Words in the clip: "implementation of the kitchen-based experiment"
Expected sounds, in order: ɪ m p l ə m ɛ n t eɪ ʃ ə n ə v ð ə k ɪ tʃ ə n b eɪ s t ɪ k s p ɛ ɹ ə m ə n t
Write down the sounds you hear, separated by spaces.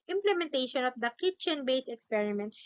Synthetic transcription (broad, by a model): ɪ m p l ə m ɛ n t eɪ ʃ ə n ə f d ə k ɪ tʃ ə n b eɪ s ɪ k s p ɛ ɹ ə m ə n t